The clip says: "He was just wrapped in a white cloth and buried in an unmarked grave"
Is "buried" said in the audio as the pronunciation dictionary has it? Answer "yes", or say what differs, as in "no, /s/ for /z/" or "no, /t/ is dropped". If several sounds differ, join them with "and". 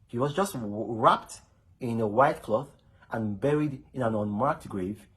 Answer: yes